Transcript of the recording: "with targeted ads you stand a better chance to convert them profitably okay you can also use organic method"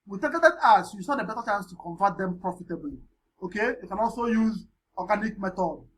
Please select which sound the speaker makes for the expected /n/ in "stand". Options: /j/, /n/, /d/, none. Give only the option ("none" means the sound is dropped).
none